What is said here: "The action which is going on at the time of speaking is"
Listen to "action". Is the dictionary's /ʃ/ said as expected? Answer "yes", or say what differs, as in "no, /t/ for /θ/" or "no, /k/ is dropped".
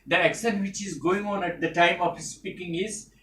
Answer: no, /s/ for /ʃ/